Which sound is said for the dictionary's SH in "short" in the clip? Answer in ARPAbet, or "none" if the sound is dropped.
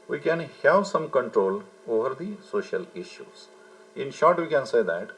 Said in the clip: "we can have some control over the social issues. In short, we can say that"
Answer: SH